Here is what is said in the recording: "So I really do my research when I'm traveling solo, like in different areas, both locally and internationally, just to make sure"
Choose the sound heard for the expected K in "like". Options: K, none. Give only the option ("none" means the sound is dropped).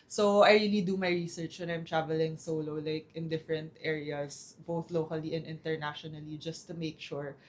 K